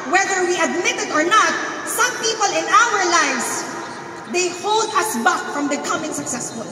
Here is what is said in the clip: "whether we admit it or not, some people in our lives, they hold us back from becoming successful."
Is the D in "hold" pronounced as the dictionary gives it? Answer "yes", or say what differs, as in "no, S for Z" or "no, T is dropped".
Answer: yes